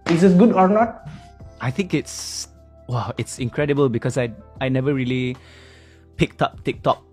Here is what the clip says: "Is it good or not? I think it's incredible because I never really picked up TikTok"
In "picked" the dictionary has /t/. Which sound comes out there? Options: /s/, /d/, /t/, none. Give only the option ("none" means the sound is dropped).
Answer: /t/